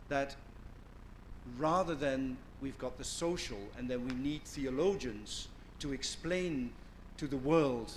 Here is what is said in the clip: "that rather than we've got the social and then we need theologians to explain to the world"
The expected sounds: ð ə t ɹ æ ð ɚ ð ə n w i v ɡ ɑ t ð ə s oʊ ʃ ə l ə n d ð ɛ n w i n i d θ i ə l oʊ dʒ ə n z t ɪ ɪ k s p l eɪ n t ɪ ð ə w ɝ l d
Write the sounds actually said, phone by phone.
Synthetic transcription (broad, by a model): ð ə t ɹ æ ð ɚ ð ə n w i v ɡ ɑ t ð ə s oʊ ʃ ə l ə n ð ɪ n w i n i d θ i ə l oʊ dʒ ə n z t ɪ ɪ k s p l eɪ n t ɪ ð ə w ɝ l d